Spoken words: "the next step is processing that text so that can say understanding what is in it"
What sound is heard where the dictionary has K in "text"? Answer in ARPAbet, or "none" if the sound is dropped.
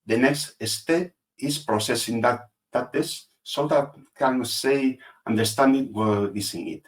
none